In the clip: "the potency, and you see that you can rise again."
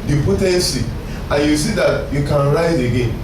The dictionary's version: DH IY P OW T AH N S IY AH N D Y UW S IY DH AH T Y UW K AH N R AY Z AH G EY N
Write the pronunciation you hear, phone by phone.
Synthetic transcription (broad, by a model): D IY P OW T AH S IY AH Y UW S IY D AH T Y UW K AH N R AY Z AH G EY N